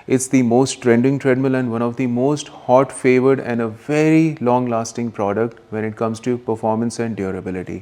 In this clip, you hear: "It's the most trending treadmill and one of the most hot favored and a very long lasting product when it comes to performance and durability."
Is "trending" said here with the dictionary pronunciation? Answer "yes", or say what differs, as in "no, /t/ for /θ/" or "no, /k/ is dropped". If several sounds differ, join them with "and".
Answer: yes